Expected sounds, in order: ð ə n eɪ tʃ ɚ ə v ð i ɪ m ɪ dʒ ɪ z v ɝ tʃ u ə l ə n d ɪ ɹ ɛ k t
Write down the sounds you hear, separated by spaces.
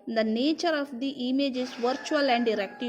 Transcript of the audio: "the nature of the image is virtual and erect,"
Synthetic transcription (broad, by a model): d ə n eɪ tʃ ɚ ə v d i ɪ m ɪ dʒ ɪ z v ɝ tʃ u ə l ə n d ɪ ɹ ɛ k t